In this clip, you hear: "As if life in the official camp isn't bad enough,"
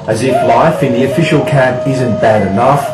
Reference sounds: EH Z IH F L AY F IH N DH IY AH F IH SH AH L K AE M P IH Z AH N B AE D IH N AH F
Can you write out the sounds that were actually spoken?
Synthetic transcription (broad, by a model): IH Z IH F L AY F IH N DH IY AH F IH SH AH L K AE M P IH Z AH N B AE D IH N AH F